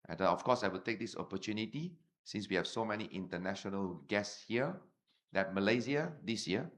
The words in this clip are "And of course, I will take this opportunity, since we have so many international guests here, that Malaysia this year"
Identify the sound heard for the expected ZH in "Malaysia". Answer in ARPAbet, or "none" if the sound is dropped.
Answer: Z